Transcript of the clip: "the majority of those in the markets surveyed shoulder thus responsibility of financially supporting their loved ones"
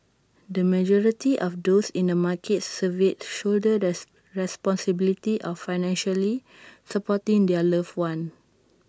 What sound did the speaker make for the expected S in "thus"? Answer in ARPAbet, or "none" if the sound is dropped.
none